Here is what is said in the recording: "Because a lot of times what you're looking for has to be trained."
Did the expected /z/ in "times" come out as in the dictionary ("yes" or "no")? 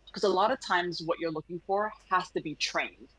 yes